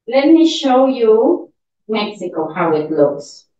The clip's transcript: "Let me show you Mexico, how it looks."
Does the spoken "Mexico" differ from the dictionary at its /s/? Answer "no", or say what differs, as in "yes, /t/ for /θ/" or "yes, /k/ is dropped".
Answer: no